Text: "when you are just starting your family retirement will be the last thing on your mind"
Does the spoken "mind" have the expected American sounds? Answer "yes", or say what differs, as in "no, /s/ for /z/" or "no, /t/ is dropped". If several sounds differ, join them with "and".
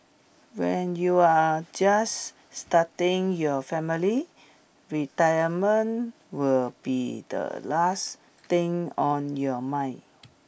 no, /d/ is dropped